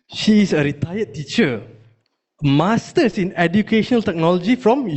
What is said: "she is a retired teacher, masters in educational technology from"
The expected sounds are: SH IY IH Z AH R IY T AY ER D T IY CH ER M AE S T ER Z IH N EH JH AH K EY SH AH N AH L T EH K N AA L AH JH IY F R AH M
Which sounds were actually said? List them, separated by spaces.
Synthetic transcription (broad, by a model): SH IY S AH R IY T AY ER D T IY CH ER M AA S T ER S IH N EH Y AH K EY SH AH N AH L T EH K N AA L AH JH IY F R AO M